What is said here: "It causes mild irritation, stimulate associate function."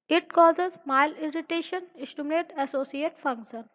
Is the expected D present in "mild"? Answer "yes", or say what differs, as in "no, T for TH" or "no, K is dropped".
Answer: no, D is dropped